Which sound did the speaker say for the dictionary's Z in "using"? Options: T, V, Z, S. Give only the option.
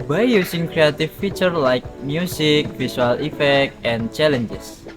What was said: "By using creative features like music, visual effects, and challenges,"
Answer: S